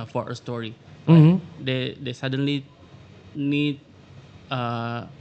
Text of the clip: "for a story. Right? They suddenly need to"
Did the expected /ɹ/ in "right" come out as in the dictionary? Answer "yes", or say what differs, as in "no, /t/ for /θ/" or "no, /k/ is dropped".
no, /l/ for /ɹ/